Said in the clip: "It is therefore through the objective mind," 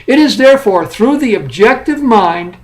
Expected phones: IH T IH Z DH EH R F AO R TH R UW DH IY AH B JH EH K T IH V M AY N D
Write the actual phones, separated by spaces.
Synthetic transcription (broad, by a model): IH T IH Z DH EH R F AO R TH R UW DH IY AH B JH EH K T IH V M AY N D